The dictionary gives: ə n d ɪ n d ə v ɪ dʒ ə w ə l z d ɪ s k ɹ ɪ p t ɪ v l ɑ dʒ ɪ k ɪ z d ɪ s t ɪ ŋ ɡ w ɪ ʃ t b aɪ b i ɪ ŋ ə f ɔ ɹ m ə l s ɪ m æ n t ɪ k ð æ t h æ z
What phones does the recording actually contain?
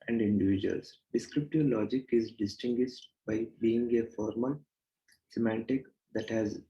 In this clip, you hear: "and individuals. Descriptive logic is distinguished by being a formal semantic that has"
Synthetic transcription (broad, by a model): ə n d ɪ n d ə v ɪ dʒ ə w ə l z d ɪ s k ɹ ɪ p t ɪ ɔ l ɑ dʒ ɪ k ɪ z d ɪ s t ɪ ŋ ɡ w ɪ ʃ t b aɪ b i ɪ ŋ ə f ɔ ɹ m ə l s ɪ m æ n t ɪ k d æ t h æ z